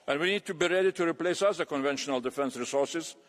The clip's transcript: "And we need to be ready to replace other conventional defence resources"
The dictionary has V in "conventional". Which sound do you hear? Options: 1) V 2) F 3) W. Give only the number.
1